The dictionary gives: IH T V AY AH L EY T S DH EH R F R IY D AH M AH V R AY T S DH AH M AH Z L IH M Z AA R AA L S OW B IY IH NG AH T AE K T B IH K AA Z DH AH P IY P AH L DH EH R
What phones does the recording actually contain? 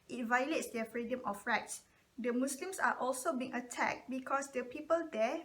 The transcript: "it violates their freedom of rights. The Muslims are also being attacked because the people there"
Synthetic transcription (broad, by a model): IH T V AY AH L EY T S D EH F R IY D AH M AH F R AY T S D AH M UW S L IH M S AA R AA L S OW B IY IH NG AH T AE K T B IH K AA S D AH P IY P AH L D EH